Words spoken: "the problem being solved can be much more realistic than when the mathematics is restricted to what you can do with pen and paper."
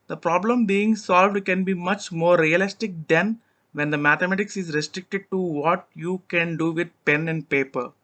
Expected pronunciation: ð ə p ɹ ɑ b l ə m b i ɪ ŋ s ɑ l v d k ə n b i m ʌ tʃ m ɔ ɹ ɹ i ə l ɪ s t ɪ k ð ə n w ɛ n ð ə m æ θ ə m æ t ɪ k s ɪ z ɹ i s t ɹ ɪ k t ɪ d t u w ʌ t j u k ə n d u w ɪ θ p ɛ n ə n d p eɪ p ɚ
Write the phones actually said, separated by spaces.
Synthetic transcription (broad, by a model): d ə p ɹ ɑ b l ə m b i ɪ ŋ s ɑ l v d k ə n b i m ʌ tʃ m ɔ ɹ ɹ i ə l ɪ s t ɪ k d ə n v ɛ n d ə m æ t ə m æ t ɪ k s ɪ z ɹ i s t ɹ ɪ k t ɪ d t u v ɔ t j u k ə n d u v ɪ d p ɛ n ə n d p eɪ p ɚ